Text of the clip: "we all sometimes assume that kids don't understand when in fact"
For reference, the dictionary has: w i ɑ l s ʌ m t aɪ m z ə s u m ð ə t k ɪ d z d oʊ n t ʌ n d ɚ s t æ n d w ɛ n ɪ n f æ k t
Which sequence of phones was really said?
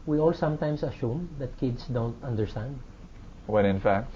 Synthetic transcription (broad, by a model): w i ɑ l s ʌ m t aɪ m s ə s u m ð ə t k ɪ d s d oʊ n t ʌ n d ɚ s t æ n d w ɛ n ɪ n f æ k t